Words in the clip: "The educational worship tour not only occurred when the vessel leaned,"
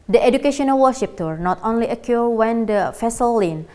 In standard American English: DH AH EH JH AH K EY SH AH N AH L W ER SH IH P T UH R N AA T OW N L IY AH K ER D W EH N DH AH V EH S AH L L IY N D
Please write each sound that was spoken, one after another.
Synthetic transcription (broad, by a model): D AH EH JH AH K EY SH AH N AH L W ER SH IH P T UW R N AA T OW N L IY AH K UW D W EH N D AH F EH S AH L L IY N